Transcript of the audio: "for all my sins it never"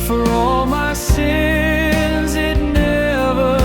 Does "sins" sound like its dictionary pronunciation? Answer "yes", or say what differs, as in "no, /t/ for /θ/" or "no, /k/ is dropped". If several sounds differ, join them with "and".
yes